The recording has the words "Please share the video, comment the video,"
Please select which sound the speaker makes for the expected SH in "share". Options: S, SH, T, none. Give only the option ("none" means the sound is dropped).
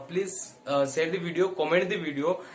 S